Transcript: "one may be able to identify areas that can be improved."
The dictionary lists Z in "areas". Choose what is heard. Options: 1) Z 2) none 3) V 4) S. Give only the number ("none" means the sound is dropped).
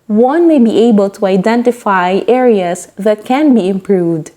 4